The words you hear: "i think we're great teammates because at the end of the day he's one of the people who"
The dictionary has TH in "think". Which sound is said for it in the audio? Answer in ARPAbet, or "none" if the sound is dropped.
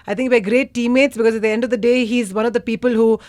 T